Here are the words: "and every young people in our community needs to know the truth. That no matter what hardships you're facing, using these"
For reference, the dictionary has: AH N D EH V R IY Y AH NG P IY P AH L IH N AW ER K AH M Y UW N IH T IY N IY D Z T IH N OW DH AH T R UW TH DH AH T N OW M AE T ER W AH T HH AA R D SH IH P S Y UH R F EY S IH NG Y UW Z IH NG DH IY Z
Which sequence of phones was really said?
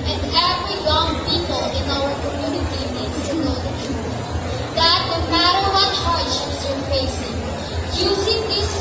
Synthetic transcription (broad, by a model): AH N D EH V W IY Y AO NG P IY P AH L IH N AW ER K AH M Y UW N IH T IY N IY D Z T IH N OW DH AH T UW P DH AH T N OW M AE T ER W AH T HH AA R D SH IH P S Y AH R F EY S IH NG Y UW Z IH NG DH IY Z